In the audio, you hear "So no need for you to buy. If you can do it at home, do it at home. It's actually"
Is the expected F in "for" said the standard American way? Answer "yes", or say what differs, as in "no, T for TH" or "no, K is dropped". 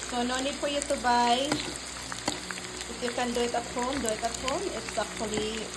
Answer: no, P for F